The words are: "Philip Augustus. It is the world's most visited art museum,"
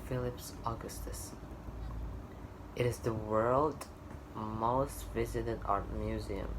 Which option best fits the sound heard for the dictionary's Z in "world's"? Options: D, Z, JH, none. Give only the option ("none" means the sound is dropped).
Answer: none